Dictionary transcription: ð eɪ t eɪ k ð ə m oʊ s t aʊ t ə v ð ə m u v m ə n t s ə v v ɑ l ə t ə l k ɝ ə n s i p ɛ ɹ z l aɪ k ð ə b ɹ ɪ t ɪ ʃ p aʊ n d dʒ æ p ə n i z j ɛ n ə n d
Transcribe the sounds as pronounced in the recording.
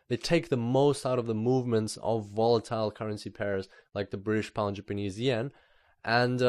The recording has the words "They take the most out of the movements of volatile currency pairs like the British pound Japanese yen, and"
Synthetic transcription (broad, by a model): ð eɪ t eɪ k ð ə m oʊ s t aʊ t ə v ð ə m u v m ə n t s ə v v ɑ l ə t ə l k ɝ ə n s i p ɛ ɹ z l aɪ k ð ə b ɹ ɪ t ɪ ʃ p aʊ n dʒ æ p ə n i z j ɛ n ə n